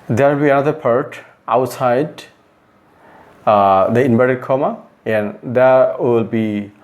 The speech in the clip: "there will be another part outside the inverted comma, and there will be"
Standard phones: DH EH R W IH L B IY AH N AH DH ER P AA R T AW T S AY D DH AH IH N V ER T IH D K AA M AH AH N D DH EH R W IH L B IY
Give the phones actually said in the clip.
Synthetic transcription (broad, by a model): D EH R W IH L B IY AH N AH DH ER P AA R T AW T S AY D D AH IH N B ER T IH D K AA M AH AH N D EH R W IH L B IY